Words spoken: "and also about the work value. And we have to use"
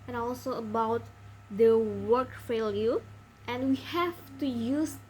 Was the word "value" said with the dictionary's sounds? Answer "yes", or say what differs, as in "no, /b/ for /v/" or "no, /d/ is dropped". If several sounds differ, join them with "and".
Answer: no, /f/ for /v/